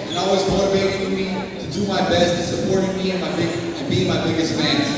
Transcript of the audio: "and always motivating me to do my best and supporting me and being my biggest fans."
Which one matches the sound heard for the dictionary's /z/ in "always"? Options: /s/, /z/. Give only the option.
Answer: /z/